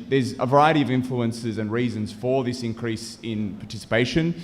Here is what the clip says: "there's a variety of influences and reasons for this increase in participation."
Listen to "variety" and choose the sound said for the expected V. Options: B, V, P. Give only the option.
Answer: V